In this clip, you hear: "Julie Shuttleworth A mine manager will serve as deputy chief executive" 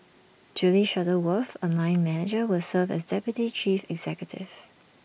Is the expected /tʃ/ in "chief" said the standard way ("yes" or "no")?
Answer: yes